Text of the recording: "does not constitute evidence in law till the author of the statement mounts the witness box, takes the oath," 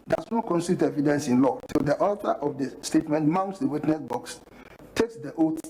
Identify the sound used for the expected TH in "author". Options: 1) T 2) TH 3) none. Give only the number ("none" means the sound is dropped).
1